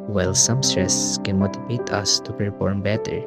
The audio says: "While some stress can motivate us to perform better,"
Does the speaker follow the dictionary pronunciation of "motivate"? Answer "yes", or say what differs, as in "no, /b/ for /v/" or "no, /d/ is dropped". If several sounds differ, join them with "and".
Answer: no, /b/ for /v/